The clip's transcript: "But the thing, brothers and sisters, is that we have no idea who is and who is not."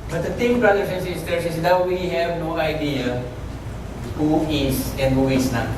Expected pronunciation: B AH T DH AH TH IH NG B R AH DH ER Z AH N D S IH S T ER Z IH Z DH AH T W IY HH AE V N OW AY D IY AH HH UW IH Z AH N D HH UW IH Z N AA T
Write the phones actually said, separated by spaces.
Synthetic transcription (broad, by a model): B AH T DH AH T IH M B R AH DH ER S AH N S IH S T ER S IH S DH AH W W IY HH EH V N OW AY D IY AH HH UW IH S AH N D HH UW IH S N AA